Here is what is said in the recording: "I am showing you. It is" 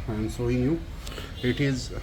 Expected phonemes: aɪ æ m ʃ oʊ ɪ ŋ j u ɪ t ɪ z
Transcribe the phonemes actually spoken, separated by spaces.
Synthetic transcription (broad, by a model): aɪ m s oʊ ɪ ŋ j u ɪ t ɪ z